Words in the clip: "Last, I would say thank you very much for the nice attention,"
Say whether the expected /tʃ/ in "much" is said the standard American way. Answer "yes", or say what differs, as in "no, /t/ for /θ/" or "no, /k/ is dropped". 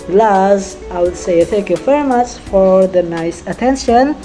no, /s/ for /tʃ/